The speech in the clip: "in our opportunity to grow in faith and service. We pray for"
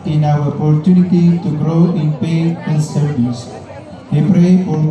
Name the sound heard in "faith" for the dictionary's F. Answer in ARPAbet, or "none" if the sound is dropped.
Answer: P